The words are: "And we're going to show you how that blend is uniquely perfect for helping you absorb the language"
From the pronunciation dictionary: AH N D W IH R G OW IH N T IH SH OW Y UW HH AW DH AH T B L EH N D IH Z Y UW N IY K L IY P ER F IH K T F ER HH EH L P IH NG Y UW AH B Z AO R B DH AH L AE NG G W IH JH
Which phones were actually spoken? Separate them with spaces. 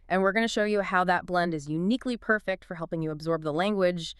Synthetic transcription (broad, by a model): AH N W IH R G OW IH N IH SH OW Y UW HH AW DH AH T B L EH N D IH Z Y UW N IY K L IY P ER F IH K T F ER HH EH L P IH NG Y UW AH B Z AO R B DH AH L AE NG G W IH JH